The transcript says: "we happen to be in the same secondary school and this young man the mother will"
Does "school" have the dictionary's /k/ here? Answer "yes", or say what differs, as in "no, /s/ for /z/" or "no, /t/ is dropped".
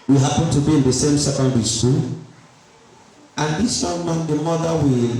no, /k/ is dropped